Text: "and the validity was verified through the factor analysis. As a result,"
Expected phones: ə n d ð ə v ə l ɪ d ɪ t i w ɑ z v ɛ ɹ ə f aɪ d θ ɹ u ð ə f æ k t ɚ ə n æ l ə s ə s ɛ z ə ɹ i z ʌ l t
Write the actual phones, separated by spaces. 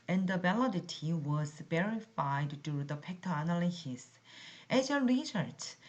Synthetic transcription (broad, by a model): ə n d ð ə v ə l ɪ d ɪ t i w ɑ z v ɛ ɹ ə f aɪ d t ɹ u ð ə p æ k t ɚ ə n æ l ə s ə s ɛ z ə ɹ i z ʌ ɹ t